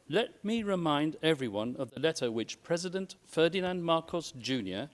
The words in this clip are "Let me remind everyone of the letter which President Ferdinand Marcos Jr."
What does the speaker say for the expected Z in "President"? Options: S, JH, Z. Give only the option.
Z